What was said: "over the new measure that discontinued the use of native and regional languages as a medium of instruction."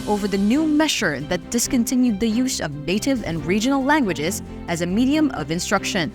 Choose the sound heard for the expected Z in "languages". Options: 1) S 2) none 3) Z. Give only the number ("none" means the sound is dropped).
3